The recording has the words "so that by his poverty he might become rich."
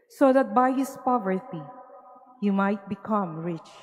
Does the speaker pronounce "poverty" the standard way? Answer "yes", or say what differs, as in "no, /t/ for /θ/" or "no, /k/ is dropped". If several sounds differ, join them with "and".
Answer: yes